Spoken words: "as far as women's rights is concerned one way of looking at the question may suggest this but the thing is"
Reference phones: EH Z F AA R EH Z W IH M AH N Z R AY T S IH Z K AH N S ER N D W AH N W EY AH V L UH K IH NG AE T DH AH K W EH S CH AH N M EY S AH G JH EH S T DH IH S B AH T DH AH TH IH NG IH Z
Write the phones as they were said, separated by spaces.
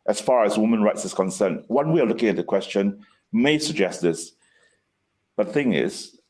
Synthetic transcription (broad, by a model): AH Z F AA R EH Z W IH M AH N R AY T S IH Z K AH N S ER N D W AH N W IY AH L UH K IH NG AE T DH AH K W EH S CH AH N M EY S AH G JH EH S T DH IH S B AH T DH AH TH IH NG IH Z